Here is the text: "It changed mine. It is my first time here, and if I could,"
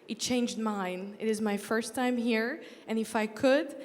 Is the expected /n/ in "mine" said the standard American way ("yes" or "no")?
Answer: yes